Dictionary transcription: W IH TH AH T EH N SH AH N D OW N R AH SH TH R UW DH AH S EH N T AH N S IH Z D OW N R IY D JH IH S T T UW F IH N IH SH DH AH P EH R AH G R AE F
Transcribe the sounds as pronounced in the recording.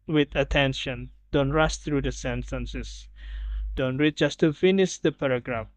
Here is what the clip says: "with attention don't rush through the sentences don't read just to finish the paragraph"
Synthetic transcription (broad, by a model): W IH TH AH T EH N SH AH N D OW N R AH S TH R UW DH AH S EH N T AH N S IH S D OW N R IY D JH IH S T T UW F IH N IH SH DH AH P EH R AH G R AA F